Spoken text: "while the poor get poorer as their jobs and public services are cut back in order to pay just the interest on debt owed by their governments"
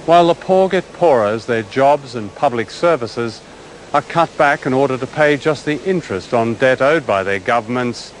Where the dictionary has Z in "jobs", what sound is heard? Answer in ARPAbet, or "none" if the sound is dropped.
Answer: Z